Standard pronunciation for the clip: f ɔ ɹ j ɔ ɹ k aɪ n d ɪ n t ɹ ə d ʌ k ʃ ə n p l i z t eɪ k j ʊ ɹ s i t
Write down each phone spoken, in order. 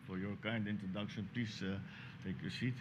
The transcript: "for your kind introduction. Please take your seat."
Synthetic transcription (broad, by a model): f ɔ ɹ j ɔ ɹ k aɪ n d ɪ n t ɹ ə d ʌ k ʃ ə n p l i s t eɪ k j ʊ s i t